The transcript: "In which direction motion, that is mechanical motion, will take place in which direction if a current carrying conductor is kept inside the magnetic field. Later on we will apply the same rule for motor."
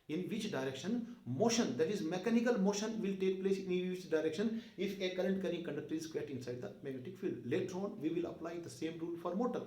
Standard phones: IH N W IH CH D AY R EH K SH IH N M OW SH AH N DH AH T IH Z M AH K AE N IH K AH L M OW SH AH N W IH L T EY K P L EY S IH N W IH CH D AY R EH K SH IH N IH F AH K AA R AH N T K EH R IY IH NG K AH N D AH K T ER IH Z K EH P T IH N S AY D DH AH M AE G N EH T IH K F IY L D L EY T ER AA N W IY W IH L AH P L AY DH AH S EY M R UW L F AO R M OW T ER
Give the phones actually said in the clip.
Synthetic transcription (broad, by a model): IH N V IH CH D AY R EH K SH IH N M OW SH AH N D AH T IH Z M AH K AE N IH K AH L M OW SH AH N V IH L T EY K P L EY S IH N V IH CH D AY R EH K SH IH N IH F AH K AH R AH N T K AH R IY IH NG K AH N D AH K T ER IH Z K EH T IH N S AY D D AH M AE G EH T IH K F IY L L EY T ER AA N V IY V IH L AH P L AY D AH S EY M R UW L F AO R M OW T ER